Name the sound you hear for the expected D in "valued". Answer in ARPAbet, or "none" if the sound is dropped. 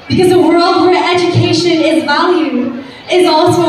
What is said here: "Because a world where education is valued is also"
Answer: none